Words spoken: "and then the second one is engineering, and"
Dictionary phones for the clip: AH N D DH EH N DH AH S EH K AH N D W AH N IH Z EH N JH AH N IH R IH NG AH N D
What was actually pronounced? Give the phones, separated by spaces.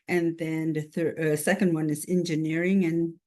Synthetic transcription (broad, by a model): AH N DH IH N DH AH S EH K AH N D W AH N IH Z EH N JH AH N IH R IH NG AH N